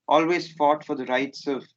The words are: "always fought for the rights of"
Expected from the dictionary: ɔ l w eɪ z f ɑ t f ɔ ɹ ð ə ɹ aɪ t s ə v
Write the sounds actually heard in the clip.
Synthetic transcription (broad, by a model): ɔ l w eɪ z f ɑ t f ɔ ɹ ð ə ɹ aɪ t s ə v